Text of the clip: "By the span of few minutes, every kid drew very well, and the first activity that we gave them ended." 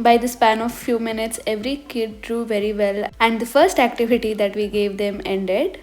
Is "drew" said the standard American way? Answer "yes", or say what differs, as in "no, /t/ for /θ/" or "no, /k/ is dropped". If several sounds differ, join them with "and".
yes